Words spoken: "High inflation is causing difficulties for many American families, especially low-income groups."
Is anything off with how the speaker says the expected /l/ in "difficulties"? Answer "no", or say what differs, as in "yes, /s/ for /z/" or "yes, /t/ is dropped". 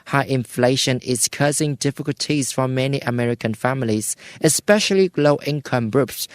no